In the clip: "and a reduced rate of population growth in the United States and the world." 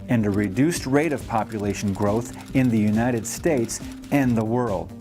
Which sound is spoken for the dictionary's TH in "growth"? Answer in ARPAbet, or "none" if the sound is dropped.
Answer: TH